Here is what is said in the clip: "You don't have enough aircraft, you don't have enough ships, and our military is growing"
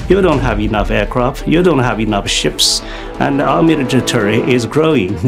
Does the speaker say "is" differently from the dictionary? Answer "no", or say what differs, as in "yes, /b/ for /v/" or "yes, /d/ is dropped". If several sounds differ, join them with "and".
no